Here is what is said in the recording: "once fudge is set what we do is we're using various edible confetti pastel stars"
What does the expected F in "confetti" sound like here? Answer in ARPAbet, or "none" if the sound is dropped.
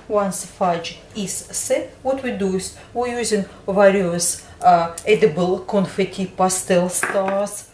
F